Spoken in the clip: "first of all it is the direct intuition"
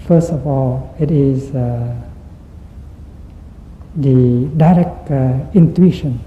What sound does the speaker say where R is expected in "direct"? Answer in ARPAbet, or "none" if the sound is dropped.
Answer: R